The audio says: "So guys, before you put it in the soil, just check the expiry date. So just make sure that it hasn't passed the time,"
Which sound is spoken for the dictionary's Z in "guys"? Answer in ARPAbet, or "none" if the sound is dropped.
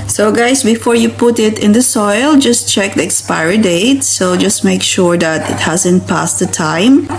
S